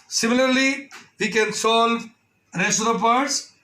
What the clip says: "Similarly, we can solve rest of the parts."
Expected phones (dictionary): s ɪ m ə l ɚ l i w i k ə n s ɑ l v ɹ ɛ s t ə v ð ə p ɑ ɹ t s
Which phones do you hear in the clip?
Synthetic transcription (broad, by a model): s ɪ m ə l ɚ l i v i k ə n s ɑ l v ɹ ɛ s ə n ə p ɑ ɹ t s